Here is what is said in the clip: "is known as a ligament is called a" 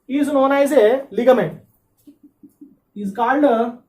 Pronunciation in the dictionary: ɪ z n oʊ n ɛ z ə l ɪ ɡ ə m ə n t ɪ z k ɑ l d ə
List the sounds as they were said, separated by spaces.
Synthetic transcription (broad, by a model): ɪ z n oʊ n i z ə l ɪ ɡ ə m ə t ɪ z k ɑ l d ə